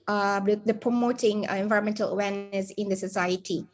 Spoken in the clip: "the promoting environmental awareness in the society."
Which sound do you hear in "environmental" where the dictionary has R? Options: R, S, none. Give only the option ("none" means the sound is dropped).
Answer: none